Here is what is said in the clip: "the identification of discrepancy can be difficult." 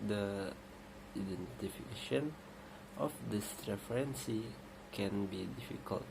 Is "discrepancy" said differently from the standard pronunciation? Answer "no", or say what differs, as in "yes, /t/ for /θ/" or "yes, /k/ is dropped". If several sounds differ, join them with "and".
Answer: yes, /k/ is dropped and /f/ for /p/